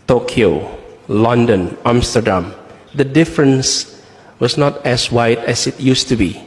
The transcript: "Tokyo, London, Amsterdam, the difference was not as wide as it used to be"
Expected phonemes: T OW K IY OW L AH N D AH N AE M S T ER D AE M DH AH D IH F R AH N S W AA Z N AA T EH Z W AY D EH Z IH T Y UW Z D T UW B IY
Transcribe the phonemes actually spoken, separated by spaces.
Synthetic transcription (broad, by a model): T OW K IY OW L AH N D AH N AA M S T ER D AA M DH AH D IH F R AH N S W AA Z N AA T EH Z W AY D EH S IH T Y UW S T UW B IY